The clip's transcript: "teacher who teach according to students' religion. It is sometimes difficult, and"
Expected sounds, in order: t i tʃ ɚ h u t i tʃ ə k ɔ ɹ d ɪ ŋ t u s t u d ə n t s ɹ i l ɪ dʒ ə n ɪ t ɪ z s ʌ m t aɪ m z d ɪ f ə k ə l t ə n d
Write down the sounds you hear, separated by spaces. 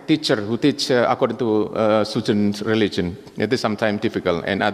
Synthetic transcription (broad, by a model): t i tʃ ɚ h u t i tʃ ə k ɔ ɹ d ɪ ŋ t u s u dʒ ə n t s ɹ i l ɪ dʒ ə n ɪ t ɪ s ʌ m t aɪ m d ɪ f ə k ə l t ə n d